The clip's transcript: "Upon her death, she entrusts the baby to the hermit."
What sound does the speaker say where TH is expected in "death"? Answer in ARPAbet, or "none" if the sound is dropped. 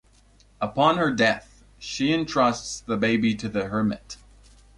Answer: TH